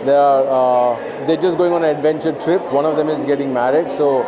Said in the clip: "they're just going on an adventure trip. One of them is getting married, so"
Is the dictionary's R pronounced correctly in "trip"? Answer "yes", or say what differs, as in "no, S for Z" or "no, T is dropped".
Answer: yes